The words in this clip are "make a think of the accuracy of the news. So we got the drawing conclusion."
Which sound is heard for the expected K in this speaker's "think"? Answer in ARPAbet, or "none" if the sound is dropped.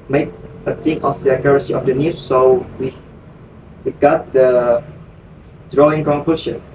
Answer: none